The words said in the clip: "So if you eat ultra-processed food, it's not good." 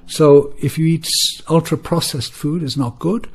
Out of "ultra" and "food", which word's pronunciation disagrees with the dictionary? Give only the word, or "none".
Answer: none